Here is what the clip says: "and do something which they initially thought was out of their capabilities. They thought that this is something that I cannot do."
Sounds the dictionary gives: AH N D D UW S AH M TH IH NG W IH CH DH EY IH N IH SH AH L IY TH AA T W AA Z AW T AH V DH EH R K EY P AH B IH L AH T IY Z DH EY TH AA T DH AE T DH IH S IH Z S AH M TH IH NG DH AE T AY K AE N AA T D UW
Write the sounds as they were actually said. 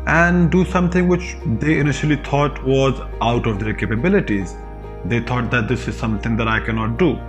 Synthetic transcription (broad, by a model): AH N D D UW S AH M T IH NG W IH CH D EY IH N IH SH AH L IY T AA T W AA Z AW T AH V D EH R K EY P AH B IH L AH T IY Z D EY T AA T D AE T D IH S IH Z S AH M T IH NG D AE T AY K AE N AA T D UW